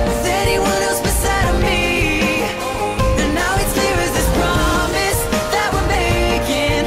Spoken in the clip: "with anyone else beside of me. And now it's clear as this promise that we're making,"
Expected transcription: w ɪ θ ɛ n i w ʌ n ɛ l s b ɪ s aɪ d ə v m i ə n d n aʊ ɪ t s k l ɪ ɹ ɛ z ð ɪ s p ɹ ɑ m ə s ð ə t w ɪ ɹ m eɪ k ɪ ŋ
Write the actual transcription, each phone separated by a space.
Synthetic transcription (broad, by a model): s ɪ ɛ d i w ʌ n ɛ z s b ɪ s aɪ d ə v m i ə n n aʊ ɪ t s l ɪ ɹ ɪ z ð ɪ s p ɹ ɑ m ə s ð ə t w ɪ l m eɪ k ɪ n